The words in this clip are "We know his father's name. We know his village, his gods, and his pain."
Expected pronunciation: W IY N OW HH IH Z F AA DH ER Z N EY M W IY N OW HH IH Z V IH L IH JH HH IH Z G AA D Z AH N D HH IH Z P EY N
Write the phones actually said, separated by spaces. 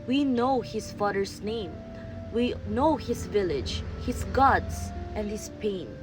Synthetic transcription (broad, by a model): W IY N OW HH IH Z F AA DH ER S N EY M W IY N OW HH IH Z V IH L IH JH HH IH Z G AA D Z AH N D HH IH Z P EY N